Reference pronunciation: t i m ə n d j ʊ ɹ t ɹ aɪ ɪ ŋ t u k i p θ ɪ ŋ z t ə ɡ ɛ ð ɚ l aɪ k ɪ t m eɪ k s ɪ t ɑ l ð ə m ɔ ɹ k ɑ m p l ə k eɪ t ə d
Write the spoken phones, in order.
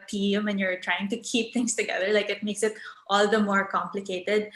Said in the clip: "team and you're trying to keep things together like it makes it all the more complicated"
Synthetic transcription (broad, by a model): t i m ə n j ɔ ɹ t ɹ aɪ ɪ ŋ t u k i p t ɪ ŋ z t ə ɡ ɛ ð ɚ l aɪ k ɪ t m eɪ k s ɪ t ɑ l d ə m ɔ ɹ k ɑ m p l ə k eɪ t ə d